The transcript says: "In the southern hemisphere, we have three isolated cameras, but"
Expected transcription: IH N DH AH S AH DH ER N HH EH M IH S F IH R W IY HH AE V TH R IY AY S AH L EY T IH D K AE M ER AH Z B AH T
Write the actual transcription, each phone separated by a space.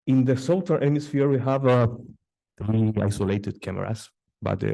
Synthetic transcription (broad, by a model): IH N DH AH S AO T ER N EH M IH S F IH R W IY HH AE V TH R IY AY S AH L EY T IH D K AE M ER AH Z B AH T